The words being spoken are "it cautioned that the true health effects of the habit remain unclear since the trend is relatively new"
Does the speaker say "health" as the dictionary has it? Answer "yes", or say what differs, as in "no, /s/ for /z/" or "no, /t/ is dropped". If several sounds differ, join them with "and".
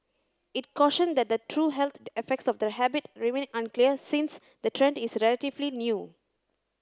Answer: no, /t/ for /θ/